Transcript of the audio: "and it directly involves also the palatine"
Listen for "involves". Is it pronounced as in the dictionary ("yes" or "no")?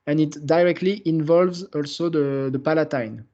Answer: yes